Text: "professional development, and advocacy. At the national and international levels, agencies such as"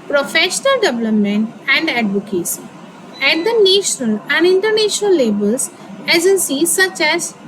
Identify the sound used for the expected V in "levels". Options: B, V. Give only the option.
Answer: B